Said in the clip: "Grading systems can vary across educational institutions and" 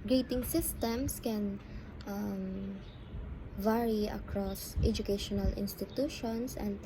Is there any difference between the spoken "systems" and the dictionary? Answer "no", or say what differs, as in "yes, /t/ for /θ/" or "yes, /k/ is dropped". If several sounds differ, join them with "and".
yes, /s/ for /z/